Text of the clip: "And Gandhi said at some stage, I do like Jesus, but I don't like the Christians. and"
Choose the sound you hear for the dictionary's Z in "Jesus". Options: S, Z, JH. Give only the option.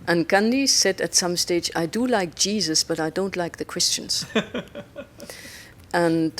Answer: Z